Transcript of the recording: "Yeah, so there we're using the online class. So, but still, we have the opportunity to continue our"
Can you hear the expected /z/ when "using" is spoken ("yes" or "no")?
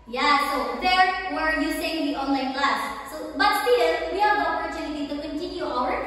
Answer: no